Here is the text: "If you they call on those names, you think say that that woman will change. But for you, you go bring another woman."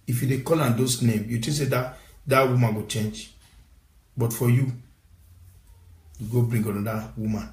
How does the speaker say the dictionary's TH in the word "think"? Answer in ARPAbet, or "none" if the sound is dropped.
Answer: T